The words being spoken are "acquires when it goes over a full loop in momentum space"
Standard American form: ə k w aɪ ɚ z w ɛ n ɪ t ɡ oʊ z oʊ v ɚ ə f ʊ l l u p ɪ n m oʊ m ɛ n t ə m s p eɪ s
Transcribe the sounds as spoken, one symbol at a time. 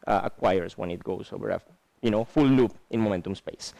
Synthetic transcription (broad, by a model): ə k w aɪ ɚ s w ɛ n ɪ t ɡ oʊ s oʊ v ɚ ə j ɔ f l u p ɪ n m oʊ m ɛ n t ə m s p eɪ s